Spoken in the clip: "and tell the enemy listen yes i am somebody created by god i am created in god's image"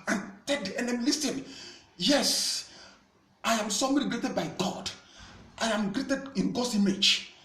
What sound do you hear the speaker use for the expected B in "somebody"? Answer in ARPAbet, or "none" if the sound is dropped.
none